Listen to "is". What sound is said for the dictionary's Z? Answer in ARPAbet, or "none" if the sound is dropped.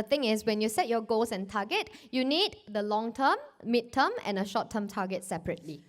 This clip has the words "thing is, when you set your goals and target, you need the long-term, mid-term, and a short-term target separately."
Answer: S